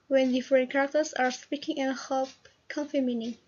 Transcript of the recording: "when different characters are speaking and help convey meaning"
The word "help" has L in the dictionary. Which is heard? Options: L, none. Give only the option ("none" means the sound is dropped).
none